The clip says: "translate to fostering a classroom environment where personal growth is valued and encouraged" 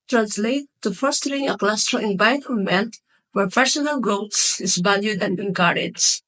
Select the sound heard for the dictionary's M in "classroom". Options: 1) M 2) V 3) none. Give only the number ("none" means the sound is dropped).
3